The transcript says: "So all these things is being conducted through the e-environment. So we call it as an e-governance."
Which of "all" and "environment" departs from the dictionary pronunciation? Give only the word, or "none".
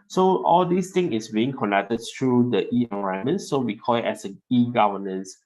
environment